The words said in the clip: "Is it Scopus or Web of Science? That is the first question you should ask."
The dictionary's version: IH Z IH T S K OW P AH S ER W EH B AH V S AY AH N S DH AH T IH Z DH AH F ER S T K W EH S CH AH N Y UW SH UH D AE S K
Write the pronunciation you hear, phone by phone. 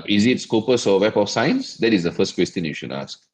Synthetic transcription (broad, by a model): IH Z IH T S K OW P AH S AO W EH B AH F S AY AH N S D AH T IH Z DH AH F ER S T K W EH S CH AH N Y UW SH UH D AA S K